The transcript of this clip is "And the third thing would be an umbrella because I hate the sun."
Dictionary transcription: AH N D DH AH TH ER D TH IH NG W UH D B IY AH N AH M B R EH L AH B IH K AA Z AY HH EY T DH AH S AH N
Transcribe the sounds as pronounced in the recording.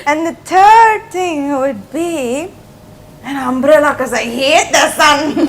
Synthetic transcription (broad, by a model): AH N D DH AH T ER D T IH NG W UH D B IY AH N AH M B R EH L AH K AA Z AY HH EY T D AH S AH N